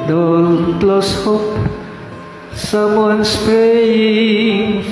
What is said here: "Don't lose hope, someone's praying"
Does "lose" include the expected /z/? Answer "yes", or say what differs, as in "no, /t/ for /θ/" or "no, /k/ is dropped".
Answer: no, /s/ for /z/